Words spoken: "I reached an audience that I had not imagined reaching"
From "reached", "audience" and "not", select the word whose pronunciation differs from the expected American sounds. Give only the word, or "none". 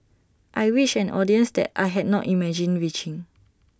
reached